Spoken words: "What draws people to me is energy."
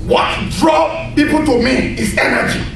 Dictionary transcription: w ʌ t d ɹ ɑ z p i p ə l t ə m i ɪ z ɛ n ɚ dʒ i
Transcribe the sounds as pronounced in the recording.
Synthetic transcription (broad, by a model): w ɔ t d ɹ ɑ p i p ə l t ə m i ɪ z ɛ n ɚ dʒ i